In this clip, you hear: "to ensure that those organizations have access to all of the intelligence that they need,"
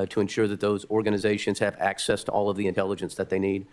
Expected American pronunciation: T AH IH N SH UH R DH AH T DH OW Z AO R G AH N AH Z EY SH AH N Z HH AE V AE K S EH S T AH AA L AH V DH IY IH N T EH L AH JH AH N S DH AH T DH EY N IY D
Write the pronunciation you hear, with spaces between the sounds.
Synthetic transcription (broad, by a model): T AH IH N SH UH R DH AH T DH OW Z AO R G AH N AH Z EY SH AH N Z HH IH V AE K S EH S T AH AA L AH V DH IY IH N T EH L AH JH AH N S DH AH T DH EY N IY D